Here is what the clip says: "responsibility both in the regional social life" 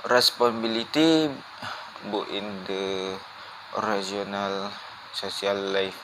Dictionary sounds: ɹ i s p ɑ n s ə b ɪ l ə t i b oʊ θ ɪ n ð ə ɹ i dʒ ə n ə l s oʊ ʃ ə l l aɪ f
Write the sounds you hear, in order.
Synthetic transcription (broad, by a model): ɹ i s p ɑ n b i l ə t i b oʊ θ ɪ n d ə ɹ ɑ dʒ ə n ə l s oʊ s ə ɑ l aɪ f